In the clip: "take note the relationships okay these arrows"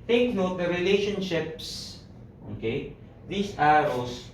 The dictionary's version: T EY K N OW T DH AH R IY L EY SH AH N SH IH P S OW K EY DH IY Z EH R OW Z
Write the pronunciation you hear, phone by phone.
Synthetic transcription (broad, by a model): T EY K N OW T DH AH R IY L EY SH AH N SH IH P S OW K EY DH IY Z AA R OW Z